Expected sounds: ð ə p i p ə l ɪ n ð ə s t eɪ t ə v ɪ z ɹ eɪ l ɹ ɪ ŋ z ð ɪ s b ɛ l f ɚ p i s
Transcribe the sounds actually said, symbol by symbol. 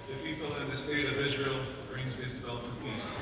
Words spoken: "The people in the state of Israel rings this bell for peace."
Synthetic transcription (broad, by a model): ð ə p i p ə l ɪ n ð ə s t eɪ t ə v ɪ z ɹ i l ɹ ɪ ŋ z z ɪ b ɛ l f ɚ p i s